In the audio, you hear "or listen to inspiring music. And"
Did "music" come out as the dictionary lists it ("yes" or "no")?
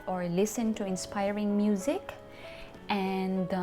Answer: yes